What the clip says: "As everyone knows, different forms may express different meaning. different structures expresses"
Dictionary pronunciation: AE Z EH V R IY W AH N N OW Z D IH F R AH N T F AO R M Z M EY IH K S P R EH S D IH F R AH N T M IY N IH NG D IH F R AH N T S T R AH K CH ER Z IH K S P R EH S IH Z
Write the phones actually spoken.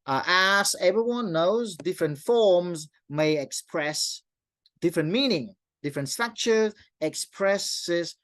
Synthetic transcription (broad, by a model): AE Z EH V R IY W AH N N OW Z D IH F R AH N T F AO R M Z M EY IH K S P R EH S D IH F R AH N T M IY N IH NG D IH F R AH N T S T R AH K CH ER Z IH K S P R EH S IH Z